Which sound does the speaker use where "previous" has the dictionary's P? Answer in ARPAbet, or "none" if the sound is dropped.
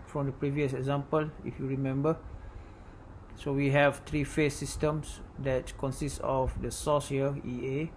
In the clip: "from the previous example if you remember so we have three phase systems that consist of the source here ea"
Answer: P